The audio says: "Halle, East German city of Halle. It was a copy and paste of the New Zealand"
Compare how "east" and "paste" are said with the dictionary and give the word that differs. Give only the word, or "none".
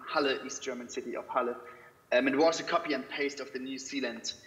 none